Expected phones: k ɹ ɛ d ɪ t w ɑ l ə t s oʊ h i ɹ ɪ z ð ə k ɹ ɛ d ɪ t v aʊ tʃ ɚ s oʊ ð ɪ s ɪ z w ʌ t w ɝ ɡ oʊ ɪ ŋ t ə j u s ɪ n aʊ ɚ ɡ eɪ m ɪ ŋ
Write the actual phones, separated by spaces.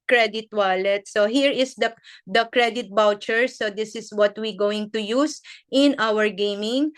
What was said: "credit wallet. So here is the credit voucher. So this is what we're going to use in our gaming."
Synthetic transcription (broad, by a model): k ɹ ɛ d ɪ t w ɑ l ə t s oʊ h i ɹ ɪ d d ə k ɹ ɛ d ɪ t b aʊ tʃ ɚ s oʊ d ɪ s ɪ s w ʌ t w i ɡ oʊ ɪ ŋ t ə j u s ɪ n aʊ ɚ ɡ eɪ m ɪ ŋ